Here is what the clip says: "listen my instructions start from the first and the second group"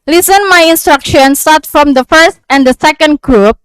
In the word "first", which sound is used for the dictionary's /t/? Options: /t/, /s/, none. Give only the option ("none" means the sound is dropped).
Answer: /t/